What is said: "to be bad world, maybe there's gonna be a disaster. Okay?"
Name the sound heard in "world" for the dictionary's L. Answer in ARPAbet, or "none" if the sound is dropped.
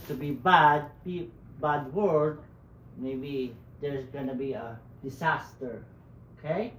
none